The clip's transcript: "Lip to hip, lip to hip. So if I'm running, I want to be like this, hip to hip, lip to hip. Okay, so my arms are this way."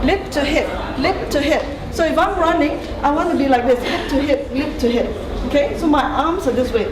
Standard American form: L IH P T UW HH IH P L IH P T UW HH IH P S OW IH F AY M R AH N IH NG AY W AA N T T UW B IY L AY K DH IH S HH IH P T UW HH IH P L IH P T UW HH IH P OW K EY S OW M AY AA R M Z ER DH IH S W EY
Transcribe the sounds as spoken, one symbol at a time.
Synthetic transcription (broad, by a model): L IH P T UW HH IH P L IH P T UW HH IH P S OW IH F AY M R AH N IH NG AY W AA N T T UW B IY L AY K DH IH S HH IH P T UW HH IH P L IH P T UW HH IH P OW K EY S OW M AY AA M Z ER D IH S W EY